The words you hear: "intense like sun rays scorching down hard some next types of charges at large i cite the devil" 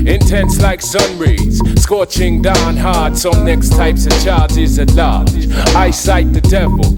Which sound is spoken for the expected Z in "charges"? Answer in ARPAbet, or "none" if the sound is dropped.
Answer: Z